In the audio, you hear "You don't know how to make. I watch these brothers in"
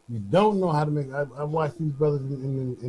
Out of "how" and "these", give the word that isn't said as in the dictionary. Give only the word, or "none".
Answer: none